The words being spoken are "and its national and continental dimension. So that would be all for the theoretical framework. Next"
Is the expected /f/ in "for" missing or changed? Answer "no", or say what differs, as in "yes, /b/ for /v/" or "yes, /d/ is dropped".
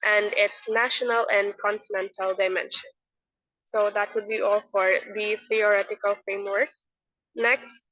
no